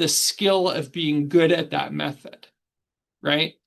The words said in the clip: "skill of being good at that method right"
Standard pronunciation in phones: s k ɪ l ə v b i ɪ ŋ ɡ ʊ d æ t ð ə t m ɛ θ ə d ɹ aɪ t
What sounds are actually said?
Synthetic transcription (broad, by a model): s k ɪ l ə v b i ɪ ŋ ɡ ʊ d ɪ t ð ə t m ɛ θ ə d ɹ aɪ t